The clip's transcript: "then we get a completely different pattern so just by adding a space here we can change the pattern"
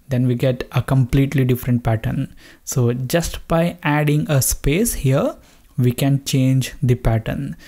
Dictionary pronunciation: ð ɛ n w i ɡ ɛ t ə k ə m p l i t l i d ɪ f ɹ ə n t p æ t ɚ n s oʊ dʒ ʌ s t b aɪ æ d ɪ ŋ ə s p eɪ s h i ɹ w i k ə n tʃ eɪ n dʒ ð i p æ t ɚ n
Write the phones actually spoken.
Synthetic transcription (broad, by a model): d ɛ n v i ɡ ɛ t ə k ə m p l i t l i d ɪ f ɹ ə n t p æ t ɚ n s oʊ dʒ ʌ s t b aɪ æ d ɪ ŋ ə s p eɪ s h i ɹ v i k ə n tʃ eɪ n dʒ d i p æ t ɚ n